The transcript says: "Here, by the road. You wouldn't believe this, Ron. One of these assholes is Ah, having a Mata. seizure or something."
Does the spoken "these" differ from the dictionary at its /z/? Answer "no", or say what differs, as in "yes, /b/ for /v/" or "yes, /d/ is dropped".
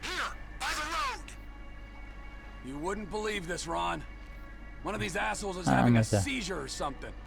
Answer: no